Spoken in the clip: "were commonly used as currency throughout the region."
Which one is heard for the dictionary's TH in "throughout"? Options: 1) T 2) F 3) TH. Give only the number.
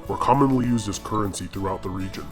3